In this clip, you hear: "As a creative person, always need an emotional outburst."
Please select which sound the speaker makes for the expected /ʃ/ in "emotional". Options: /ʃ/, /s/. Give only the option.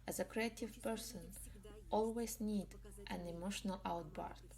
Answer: /ʃ/